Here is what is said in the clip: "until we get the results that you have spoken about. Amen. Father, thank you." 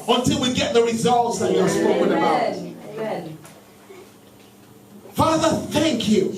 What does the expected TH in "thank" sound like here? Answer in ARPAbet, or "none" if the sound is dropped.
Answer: TH